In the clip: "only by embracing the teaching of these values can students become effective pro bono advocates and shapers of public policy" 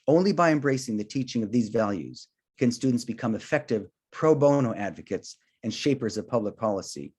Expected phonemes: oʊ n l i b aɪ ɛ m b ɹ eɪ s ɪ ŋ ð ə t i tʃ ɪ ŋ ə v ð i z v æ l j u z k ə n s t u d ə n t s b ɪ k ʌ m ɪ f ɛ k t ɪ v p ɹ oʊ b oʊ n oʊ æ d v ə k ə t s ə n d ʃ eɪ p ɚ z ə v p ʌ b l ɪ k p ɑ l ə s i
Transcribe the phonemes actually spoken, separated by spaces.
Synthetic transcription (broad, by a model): oʊ n l i b aɪ ɛ m b ɹ eɪ s ɪ ŋ ð ə t i tʃ ɪ ŋ ə v ð i z v æ l j u z k ə n s t u d n t s b ɪ k ʌ m ɪ f ɛ k t ɪ v p ɹ oʊ b oʊ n oʊ æ d v ə k ə t s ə n ʃ eɪ p ɚ z ə v p ʌ b l ɪ k p ɑ l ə s i